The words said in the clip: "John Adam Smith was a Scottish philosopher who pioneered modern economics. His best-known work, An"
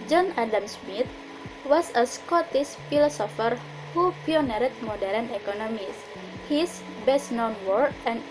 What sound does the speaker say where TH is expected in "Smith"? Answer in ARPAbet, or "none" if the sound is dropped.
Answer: T